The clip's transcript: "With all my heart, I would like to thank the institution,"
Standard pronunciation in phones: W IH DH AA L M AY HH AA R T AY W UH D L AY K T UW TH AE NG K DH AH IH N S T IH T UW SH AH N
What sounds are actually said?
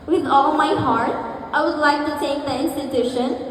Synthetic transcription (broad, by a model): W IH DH AA L M AY HH AA R T AY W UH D L AY K T UW T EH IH K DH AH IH N S T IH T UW SH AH N